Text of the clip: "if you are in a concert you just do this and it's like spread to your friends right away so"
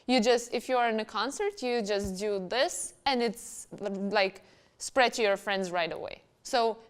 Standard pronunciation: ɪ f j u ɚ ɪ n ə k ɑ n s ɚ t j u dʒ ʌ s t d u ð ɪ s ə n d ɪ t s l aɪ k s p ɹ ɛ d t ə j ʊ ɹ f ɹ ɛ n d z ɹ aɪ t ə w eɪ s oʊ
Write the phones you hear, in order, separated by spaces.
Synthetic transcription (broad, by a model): ɪ f j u ɚ ɪ n ə k ɑ n s ɚ t j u dʒ ʌ s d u ð ɪ s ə n ɪ t s l aɪ k s p ɹ ɛ d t j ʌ ɹ f ɹ ɛ n d z ɹ aɪ t ə w eɪ s oʊ